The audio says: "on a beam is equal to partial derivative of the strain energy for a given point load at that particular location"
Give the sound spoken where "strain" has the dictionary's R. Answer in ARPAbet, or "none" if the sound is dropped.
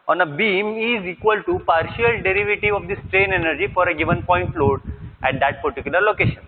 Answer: R